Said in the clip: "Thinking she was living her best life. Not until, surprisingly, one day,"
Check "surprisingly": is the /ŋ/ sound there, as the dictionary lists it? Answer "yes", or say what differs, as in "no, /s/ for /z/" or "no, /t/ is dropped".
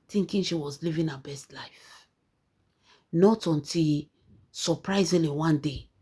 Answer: no, /ŋ/ is dropped